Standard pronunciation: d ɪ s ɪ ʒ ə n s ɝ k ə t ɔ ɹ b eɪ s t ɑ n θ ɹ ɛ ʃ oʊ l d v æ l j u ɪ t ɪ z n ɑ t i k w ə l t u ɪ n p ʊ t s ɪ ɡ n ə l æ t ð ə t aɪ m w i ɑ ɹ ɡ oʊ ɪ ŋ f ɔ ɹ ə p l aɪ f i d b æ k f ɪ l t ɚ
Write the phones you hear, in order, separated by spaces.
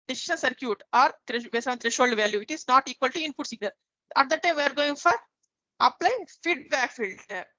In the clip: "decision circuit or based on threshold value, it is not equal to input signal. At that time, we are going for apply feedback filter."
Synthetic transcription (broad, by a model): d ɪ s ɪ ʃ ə n s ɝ k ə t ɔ ɹ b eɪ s ɑ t ɹ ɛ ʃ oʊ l d v æ l j u ɪ t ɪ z n ɑ t i k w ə l t u ɪ n p ʊ t s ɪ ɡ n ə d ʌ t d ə t aɪ m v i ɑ ɹ ɡ oʊ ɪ ŋ f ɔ ɹ ə p l aɪ f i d b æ k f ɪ l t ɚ